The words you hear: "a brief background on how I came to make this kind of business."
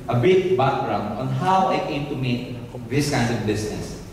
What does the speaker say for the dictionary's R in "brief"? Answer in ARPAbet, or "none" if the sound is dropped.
none